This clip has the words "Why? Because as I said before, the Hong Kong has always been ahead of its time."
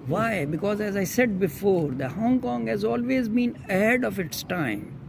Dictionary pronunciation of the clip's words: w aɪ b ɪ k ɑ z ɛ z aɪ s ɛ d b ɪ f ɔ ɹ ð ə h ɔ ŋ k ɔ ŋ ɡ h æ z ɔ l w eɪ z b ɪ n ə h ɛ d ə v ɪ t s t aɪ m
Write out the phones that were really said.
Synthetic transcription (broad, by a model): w aɪ b ɪ k ɑ z ɛ z aɪ s ɛ d b ɪ f ɔ ɹ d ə h ɔ ŋ k ɔ ŋ ɡ h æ z ɔ l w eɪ z b ɪ n ə h ɛ d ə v ɪ t s t aɪ m